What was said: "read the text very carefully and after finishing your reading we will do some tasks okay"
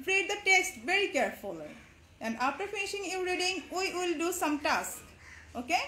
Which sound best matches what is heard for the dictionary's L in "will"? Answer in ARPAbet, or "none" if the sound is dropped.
L